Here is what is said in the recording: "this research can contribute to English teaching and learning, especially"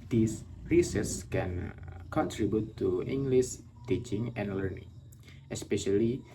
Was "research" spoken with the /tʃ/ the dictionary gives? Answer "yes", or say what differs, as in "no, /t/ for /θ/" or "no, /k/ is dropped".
no, /s/ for /tʃ/